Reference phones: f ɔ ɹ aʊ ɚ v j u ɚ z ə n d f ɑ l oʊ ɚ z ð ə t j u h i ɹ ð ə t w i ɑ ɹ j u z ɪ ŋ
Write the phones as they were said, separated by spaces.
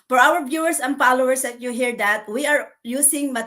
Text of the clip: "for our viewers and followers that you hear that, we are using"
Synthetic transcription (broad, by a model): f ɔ ɹ aʊ ɚ b j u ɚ s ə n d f ɑ l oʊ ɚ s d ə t j u h i ɹ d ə t w i ɑ ɹ j u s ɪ ŋ